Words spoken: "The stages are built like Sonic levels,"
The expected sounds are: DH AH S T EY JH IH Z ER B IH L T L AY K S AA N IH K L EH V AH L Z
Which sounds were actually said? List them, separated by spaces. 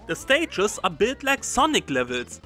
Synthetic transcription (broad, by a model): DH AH S T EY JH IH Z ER B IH T L AY K S AA N IH K L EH V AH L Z